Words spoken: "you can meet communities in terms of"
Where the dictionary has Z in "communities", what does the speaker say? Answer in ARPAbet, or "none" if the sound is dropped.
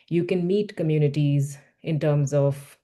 Z